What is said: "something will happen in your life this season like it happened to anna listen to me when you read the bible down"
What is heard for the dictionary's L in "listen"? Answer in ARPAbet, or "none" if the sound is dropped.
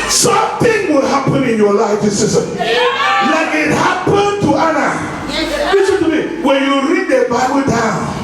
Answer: W